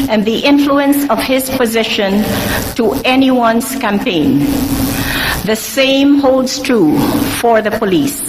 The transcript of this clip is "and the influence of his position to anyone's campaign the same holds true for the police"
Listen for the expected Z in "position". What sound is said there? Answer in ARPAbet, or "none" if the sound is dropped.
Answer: Z